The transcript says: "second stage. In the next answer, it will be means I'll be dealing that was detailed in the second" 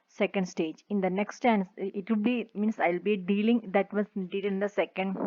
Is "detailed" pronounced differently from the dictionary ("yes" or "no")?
yes